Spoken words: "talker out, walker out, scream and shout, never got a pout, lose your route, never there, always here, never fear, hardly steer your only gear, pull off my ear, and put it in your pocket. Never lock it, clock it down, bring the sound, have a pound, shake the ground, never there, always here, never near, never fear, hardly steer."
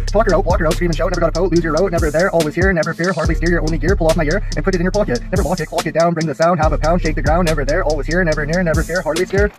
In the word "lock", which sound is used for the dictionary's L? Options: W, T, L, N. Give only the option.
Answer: W